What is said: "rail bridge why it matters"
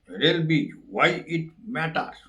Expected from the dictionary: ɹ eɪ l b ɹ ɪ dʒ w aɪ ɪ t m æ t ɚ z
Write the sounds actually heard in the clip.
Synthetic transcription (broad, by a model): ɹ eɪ l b i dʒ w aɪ ɪ t m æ t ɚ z